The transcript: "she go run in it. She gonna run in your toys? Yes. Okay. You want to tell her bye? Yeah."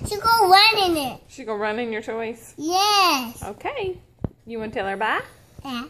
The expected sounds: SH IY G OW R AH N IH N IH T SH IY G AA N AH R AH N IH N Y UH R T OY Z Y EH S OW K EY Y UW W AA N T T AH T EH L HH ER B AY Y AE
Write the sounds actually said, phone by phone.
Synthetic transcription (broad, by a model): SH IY G OW R AH N IH N IH T SH IY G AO AH R AH N IH N Y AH R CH OY S Y EH S OW K EY Y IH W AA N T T T EH L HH ER B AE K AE